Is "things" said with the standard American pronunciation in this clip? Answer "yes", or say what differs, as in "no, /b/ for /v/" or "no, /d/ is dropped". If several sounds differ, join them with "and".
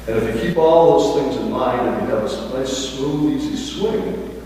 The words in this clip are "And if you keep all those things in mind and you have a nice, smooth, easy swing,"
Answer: yes